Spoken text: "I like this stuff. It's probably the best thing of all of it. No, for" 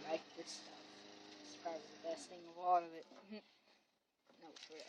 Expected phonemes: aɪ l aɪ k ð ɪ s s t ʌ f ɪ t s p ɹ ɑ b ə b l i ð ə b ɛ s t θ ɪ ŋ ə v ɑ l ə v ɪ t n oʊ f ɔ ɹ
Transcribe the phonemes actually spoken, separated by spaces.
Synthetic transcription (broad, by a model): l aɪ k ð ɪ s s t ʌ f ɪ t s p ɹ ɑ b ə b i ð ə b ɛ s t θ ɪ ŋ ə v ɑ l ə v ɪ t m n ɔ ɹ